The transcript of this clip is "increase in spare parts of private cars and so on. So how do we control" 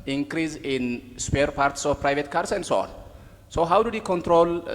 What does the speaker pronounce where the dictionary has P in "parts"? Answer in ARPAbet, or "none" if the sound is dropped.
P